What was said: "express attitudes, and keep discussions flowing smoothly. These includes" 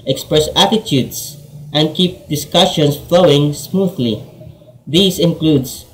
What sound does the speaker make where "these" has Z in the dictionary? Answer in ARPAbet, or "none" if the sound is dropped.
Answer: S